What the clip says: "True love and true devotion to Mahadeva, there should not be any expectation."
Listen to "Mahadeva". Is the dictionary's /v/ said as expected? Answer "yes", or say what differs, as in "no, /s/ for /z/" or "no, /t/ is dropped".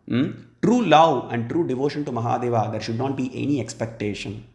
yes